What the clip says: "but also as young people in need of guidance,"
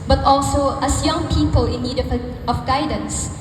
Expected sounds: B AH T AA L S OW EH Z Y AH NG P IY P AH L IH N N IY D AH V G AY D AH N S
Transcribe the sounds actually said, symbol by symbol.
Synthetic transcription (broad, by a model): B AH T AA L S OW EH S Y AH NG P IY P AH L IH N N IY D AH F G AY D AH N S